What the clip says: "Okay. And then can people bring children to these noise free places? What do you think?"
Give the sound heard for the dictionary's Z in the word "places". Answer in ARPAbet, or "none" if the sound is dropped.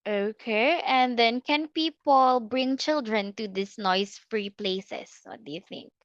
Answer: S